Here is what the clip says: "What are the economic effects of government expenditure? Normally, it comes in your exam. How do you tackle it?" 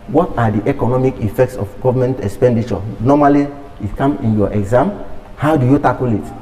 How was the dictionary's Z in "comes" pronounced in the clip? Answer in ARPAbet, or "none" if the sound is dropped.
none